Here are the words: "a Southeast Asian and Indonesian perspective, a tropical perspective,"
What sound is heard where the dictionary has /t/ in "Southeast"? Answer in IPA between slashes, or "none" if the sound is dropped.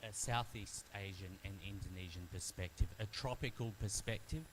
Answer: /t/